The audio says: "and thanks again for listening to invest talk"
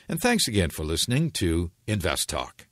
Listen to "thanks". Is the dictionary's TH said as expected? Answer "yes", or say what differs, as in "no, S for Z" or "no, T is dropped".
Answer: yes